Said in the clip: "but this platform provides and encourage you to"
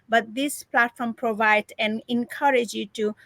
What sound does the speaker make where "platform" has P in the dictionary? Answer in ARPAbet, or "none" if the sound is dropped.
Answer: P